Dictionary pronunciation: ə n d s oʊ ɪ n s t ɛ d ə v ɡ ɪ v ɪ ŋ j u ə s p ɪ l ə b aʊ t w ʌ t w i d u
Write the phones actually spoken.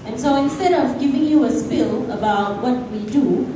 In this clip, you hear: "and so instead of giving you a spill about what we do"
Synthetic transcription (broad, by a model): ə n s oʊ ɪ n s t ɛ d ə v ɡ ɪ v ɪ ŋ j u ə s p ɪ l ə b aʊ t w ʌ t w i d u